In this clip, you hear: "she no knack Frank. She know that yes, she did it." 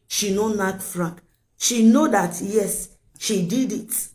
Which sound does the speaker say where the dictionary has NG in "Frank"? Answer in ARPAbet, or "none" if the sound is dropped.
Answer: none